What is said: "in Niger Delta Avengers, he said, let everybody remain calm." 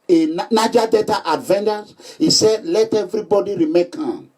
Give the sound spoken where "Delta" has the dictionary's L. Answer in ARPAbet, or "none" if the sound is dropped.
none